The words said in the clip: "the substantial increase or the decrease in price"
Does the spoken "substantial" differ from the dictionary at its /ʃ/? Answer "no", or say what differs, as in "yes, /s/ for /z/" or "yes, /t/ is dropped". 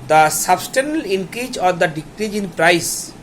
yes, /ʃ/ is dropped